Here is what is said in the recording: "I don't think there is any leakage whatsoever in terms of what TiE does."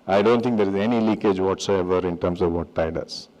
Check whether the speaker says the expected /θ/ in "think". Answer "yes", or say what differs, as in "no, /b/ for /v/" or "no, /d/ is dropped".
no, /t/ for /θ/